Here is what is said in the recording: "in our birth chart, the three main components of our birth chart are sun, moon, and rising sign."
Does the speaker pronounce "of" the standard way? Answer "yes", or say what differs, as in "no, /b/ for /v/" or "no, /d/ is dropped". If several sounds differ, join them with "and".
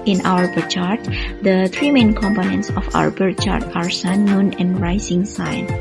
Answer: no, /f/ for /v/